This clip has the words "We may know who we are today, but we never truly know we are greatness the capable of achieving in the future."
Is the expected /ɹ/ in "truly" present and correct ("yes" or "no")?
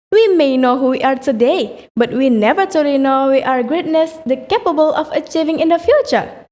no